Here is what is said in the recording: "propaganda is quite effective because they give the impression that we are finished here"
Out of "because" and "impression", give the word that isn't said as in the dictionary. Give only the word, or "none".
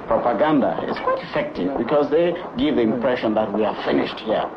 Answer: none